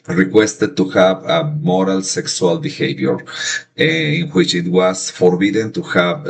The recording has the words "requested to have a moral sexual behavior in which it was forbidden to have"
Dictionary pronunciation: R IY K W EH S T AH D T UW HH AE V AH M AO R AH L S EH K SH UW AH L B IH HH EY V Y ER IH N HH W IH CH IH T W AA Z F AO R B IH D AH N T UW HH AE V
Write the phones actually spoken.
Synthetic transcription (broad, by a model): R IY K W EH S T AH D T UW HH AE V AH M AO R AH L S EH K S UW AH L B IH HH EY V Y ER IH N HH W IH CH IH T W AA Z F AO R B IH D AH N T UW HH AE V